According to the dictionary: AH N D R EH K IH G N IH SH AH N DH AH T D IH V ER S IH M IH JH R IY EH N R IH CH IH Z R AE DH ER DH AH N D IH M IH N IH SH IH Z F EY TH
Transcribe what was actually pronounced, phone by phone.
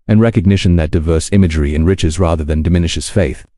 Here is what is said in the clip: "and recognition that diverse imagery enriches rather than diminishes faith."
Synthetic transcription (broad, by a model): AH N R EH K IH G N IH SH AH N DH AH T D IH V ER S IH M IH JH R IY EH N R IH CH IH Z R AE DH ER DH AH N D IH M IH N IH SH IH Z F EY TH